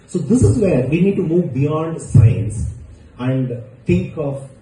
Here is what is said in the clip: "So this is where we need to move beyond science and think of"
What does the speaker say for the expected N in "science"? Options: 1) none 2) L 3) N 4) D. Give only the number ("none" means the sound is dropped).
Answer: 3